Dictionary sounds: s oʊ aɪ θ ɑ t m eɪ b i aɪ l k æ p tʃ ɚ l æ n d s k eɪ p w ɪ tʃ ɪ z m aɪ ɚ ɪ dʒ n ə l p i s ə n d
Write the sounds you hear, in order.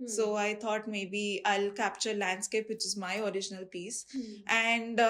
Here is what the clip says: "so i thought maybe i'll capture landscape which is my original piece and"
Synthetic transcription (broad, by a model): s oʊ aɪ t ɑ t m eɪ b i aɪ l k æ p tʃ ɚ l æ n d s k eɪ p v ɪ tʃ ɪ z m aɪ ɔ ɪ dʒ n ə l p i s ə n d